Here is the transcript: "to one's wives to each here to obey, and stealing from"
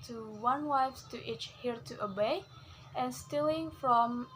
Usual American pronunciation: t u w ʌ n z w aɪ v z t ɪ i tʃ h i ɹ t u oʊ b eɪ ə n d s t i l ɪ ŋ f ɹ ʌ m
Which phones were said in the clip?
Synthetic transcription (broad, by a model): t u w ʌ n w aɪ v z t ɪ i tʃ h i ɹ t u oʊ b eɪ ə n s t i l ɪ ŋ f ɹ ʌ m